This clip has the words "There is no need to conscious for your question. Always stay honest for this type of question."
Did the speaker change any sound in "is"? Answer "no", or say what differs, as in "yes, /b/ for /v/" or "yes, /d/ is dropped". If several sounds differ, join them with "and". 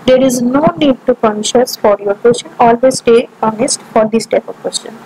no